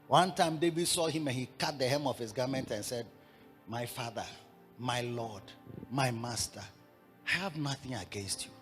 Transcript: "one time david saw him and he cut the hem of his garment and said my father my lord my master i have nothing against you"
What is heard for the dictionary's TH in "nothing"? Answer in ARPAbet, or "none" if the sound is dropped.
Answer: TH